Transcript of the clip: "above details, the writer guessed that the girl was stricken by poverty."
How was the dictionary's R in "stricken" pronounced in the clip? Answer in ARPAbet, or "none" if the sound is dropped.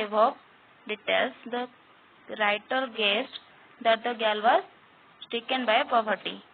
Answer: none